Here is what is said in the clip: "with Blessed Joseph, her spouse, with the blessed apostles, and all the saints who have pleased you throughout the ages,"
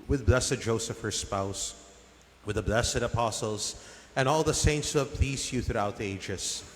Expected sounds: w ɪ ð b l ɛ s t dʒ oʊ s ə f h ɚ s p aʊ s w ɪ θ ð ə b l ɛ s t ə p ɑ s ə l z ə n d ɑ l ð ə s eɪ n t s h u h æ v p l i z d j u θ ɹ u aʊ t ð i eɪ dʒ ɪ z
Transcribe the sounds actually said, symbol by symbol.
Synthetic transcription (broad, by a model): w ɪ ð b l ɛ s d dʒ oʊ s ə f h ɚ s p aʊ s w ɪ ð ə b l ɛ s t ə p ɑ s l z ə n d ɑ l ð ə s eɪ n t s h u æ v p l i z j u θ ɹ u aʊ t ð i eɪ dʒ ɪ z